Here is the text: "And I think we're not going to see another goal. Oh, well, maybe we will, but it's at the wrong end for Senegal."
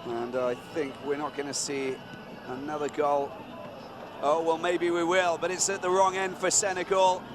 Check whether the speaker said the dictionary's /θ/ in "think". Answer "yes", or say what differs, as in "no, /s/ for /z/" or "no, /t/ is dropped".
yes